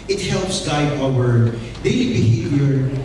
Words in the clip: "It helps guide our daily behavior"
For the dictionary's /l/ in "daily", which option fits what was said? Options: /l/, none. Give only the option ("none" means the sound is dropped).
none